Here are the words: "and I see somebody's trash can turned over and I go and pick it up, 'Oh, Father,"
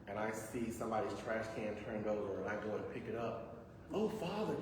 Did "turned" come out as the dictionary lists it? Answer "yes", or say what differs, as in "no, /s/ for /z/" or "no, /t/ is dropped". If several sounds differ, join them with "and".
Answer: yes